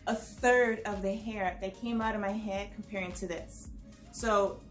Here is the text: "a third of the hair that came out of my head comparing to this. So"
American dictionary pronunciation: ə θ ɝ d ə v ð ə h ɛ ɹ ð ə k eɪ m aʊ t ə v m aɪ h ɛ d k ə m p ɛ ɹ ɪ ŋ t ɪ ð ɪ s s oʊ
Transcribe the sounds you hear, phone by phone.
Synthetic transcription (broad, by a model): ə θ ɝ d ə v ð ə h ɛ ɹ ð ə k eɪ m aʊ t ə v m aɪ h ɛ d k m p ɛ ɹ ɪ ŋ t ɪ ð ɪ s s oʊ